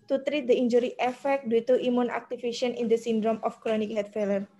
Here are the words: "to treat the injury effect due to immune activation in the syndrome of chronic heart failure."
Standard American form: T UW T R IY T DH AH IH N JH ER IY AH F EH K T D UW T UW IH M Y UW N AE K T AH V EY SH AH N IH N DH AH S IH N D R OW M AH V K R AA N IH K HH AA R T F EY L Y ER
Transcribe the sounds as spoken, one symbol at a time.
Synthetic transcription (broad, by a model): T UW T R IY T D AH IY N JH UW IY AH F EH K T D UW T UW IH M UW N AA K T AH F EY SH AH N IH N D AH S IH N D R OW M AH F K R AA N IH K HH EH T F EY L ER